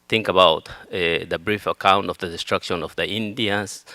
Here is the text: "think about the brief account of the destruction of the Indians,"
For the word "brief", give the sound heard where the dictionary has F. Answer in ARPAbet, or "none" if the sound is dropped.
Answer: F